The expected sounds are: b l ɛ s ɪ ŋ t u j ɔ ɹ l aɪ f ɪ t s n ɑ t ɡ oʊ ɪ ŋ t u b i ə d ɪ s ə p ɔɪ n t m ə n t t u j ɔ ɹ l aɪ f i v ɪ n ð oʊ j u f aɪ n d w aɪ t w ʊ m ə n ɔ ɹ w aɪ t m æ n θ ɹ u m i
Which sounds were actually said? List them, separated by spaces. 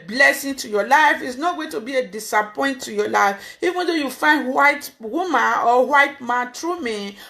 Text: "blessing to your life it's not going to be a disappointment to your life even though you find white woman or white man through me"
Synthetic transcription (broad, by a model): b l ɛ s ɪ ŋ t u j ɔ l aɪ f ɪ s n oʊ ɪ t u b i ə d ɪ s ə p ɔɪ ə n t t u j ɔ l aɪ f i v ɪ n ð oʊ j u f aɪ n d w aɪ t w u m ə n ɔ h w aɪ t m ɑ n t ɹ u m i